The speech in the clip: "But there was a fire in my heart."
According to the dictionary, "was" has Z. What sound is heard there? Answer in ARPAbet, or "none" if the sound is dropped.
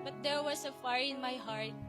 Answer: S